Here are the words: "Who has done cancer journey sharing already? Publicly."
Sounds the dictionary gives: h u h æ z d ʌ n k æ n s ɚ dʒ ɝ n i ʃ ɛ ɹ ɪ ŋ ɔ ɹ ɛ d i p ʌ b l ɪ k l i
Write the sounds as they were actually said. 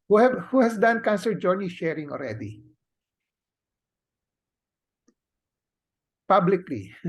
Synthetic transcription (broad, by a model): h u h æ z d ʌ n k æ n s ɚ dʒ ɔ n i ʃ ɛ ɹ ɪ ŋ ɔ l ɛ d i p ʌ b l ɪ k l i